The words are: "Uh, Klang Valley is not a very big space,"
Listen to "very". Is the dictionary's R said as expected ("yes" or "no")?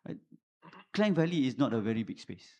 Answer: yes